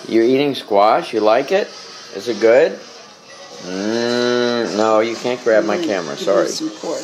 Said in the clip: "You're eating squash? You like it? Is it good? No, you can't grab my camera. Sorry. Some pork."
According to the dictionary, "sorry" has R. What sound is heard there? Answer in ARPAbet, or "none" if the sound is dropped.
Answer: R